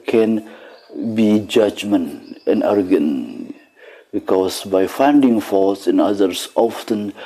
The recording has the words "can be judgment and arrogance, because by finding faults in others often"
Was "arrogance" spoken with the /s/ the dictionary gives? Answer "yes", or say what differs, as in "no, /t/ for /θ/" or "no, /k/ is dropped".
no, /s/ is dropped